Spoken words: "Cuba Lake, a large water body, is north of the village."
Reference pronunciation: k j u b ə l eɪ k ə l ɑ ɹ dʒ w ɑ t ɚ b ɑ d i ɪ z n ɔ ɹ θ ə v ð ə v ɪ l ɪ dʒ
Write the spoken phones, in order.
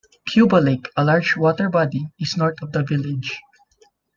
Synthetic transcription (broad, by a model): k j u b ə l eɪ k ə l ɑ ɹ dʒ w ɑ t ɚ b ɑ d i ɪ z n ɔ ɹ t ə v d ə v ɪ l ɪ dʒ